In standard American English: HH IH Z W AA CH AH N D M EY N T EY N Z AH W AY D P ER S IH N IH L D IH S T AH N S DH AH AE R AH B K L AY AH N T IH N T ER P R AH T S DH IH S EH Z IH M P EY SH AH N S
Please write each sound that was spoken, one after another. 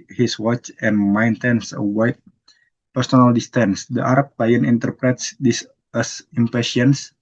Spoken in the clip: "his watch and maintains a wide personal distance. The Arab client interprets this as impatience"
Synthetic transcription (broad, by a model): HH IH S W AA CH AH N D M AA N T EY N S AH W AY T P ER S IH N IH L D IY S T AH N S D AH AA R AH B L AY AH N IH N T ER P R AH T S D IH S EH S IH M P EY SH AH N S